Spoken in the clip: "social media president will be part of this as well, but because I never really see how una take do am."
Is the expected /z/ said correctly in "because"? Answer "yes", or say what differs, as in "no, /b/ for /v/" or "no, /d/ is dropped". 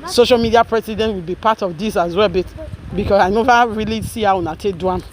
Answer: no, /s/ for /z/